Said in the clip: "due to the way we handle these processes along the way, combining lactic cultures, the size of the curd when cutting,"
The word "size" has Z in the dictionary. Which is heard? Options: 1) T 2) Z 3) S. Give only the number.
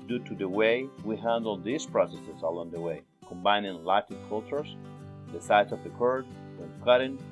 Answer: 3